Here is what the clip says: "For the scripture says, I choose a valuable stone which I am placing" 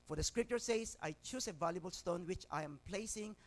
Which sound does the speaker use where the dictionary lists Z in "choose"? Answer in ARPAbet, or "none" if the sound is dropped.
S